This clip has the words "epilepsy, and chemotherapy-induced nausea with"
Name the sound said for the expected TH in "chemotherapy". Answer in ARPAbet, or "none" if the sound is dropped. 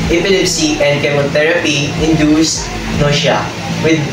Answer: T